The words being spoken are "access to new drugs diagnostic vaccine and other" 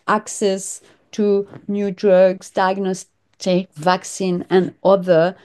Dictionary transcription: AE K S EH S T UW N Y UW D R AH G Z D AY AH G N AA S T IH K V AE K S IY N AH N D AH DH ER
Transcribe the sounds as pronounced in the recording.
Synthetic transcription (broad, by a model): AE K S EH S T UW N Y UW D R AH G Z D AY AH G N AA S T IH K V AE K S IY N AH N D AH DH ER